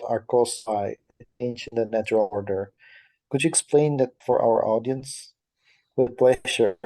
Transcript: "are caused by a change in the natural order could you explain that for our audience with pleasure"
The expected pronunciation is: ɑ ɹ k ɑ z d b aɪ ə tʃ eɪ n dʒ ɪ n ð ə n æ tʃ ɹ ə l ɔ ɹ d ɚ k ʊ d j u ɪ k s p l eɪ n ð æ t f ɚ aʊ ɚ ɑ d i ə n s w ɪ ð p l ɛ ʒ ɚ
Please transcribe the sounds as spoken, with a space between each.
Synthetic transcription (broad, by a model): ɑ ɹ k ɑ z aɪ ə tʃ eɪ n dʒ ɪ n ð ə n æ tʃ ɹ ə l ɔ ɹ d ɚ k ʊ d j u ɪ k s p l eɪ n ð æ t f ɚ aʊ ɚ ɑ d i ə n s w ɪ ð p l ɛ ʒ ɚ